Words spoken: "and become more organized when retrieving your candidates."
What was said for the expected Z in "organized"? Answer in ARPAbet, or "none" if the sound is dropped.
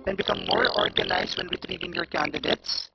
S